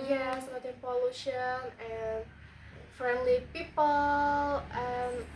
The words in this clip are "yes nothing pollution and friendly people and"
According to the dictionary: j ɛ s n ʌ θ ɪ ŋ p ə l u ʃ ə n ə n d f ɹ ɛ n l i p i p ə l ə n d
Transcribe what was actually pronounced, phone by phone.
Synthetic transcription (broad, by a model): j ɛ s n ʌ t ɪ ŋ p ə l u ʃ ə n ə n f ɹ ɛ n l i p i p ə l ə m